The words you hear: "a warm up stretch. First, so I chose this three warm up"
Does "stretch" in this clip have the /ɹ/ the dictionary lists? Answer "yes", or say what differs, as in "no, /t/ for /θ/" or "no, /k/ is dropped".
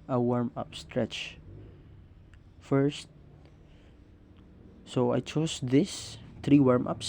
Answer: yes